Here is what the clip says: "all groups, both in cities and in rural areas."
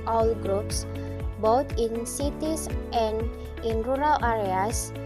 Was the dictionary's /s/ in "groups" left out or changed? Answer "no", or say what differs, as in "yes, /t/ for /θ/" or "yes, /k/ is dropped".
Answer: no